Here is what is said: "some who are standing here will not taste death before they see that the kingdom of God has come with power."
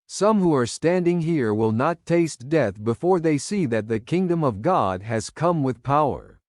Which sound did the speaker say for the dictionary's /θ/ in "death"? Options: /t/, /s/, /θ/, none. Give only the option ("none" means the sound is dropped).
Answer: /θ/